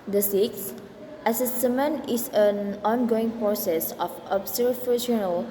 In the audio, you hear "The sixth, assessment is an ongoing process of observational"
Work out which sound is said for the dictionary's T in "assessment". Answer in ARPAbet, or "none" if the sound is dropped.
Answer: none